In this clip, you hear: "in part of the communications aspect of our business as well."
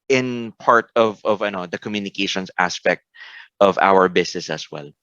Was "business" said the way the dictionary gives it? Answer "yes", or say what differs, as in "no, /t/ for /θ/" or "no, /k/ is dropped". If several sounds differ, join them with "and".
no, /s/ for /z/